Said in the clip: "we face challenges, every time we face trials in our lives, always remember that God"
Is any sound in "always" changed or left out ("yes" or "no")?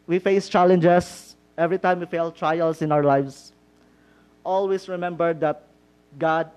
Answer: yes